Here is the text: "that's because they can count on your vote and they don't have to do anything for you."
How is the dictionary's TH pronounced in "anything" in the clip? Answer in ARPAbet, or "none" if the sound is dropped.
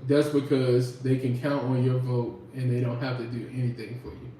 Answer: TH